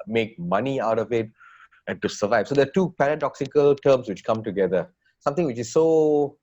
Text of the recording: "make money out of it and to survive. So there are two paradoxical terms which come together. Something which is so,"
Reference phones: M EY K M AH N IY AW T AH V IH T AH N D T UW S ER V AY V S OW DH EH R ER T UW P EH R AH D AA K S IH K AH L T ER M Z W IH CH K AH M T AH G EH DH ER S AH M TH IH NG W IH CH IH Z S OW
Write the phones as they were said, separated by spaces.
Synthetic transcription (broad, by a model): M EY K M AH N IY AW T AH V IH T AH N T UW S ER V AY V S OW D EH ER T UW P EH R AH D AA K S IH K AH L T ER M S W IH CH K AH M T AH G EH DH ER S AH M T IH NG W IH CH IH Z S OW